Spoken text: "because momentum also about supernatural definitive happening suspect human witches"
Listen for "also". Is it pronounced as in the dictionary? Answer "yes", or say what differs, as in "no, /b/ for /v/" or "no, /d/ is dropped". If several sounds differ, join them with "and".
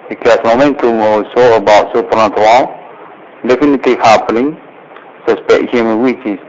no, /w/ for /l/